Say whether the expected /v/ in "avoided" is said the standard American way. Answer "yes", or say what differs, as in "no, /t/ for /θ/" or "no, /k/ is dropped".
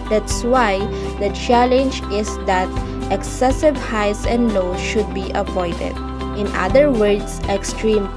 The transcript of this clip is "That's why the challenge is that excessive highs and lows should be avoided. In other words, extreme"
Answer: no, /p/ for /v/